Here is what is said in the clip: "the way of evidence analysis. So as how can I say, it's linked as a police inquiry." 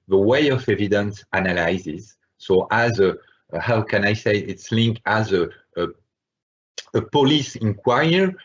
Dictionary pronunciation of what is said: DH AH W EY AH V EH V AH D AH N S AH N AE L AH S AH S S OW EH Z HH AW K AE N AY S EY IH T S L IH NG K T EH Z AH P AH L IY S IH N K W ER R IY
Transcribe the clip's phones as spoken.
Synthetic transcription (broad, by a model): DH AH W EY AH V EH V AH D AH N S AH N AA L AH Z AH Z S OW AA Z HH AW K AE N AY S EY IH T S L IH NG K AA Z AH P AH L IY S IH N K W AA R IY